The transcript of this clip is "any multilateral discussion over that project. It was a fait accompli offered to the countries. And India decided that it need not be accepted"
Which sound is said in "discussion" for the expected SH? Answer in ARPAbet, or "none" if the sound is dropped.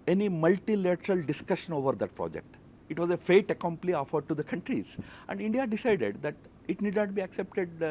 SH